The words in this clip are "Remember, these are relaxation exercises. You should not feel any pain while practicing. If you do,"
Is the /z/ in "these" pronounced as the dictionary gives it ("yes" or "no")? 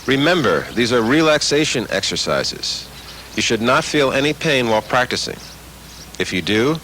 yes